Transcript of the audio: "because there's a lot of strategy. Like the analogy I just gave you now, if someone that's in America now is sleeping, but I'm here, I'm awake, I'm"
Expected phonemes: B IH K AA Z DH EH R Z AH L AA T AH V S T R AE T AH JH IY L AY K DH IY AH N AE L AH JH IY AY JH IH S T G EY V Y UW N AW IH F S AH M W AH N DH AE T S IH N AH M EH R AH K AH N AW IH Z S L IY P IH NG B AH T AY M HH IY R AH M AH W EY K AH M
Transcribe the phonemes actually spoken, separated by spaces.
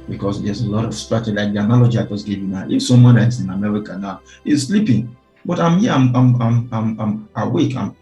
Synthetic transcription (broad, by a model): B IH K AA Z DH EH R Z AH L AA T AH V S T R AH CH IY L AY K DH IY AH N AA L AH JH IY AY JH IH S G EY V Y UW N AW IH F S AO M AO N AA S IH N AH M EH R AH K AH N AW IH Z S L IY P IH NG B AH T AY M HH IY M AH M AH W EY K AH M